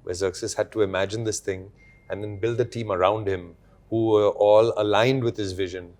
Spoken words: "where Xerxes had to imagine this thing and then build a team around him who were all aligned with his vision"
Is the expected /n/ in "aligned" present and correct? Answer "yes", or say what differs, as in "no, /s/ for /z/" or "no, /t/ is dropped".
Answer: yes